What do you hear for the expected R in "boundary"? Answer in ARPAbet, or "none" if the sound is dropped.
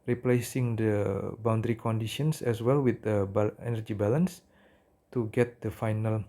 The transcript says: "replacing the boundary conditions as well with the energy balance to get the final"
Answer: R